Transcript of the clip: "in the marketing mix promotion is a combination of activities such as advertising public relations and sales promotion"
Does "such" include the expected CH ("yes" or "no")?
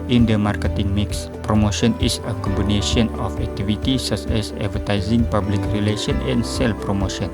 no